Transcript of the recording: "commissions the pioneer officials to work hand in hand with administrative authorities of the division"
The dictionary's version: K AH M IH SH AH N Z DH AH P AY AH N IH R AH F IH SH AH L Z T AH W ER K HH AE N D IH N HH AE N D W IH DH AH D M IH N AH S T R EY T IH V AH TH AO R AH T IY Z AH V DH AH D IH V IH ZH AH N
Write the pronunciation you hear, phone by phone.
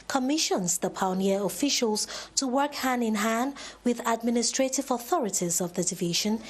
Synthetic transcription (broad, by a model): K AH M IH SH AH N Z DH AH P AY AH N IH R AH F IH SH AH L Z T AH W ER K HH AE N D IH N HH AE N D W IH DH AH D M IH N AH S T R EY T IH V AH TH AO R AH T IY Z AH V DH AH D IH V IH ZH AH N